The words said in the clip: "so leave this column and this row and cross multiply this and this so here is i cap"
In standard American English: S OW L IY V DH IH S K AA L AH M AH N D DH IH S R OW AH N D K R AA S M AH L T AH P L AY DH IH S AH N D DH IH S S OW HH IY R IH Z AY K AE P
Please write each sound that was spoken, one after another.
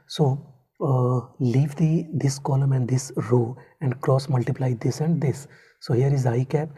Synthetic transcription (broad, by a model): S OW L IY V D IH S K AA L AH M AH N D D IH S R OW AH N D K R AA S M AH L T AH P L AY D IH S AH N D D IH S S OW HH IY R IH Z AY K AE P